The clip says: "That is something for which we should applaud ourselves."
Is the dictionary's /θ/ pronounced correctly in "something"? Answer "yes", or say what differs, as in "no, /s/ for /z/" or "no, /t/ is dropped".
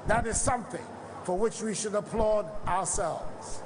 yes